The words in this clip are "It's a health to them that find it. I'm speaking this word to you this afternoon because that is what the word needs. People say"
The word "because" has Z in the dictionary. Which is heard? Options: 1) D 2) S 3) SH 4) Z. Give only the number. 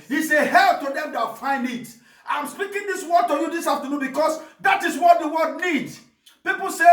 2